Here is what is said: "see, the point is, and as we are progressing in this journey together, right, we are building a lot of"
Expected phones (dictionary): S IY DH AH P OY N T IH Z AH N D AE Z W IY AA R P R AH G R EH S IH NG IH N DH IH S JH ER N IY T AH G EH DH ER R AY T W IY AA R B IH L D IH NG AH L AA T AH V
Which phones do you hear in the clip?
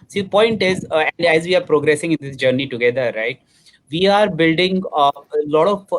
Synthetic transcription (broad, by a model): S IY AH P OY N T IH Z AH N D AE Z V IY AA R P R AH G R EH S IH NG IH N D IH S JH ER N IY T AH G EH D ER R AY T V IY AA R B IH L D IH NG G L AA T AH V